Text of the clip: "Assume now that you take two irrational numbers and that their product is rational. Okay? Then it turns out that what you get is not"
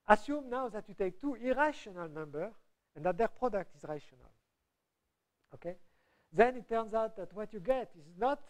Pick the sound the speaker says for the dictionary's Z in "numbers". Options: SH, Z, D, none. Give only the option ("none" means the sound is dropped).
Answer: none